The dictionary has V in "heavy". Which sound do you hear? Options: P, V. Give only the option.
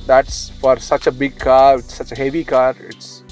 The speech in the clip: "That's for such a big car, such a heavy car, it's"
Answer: V